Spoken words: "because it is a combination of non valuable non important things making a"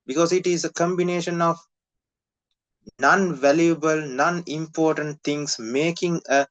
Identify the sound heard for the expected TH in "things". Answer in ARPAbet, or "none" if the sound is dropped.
T